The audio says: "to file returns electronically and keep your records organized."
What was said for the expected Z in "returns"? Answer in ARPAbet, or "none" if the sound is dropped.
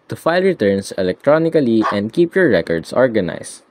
S